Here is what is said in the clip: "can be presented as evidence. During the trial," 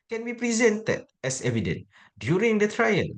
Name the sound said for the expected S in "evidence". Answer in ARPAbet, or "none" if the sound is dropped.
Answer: none